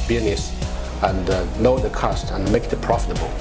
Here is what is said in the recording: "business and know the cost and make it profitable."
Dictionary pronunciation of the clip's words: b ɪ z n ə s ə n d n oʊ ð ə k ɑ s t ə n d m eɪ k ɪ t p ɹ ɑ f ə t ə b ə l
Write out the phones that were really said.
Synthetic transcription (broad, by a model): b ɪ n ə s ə n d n oʊ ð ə k ɑ s t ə n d m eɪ k ɪ t p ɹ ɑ f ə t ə b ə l